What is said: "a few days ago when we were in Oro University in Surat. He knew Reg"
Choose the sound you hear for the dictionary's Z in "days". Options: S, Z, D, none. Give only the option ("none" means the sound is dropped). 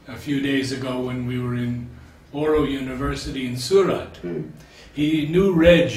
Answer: Z